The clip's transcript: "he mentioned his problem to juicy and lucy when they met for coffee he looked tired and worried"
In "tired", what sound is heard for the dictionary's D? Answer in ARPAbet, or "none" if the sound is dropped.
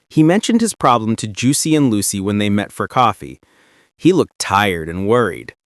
D